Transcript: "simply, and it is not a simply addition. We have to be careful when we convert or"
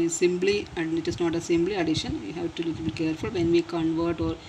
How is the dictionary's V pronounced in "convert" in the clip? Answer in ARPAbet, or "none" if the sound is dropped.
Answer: V